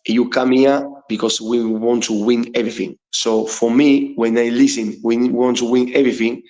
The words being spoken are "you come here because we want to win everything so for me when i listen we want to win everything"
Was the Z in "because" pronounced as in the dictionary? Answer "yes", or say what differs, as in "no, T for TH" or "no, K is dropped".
no, S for Z